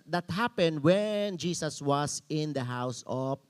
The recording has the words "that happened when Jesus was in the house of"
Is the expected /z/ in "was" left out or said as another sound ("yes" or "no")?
yes